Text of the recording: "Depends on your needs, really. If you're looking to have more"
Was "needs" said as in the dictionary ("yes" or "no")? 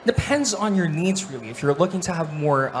yes